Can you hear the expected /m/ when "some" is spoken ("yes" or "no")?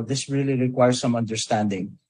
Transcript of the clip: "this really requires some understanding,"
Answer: yes